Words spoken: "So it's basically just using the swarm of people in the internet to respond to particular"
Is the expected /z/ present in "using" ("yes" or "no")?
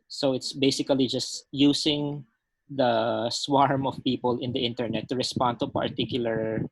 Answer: no